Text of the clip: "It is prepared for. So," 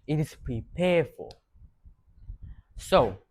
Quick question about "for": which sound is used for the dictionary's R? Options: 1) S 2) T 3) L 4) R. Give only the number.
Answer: 3